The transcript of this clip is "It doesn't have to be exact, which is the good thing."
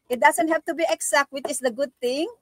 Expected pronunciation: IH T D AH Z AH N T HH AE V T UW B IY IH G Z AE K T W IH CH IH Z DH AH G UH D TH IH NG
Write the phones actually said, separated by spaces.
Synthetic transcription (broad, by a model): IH T D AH S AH N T HH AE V T UW B IY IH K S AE K T W IH CH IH S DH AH G UH D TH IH NG